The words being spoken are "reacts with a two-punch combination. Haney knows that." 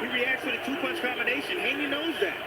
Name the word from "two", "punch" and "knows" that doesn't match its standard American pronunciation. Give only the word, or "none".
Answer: punch